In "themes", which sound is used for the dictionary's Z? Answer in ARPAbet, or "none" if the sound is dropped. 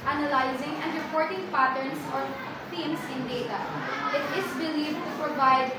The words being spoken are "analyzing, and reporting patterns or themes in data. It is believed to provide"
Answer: S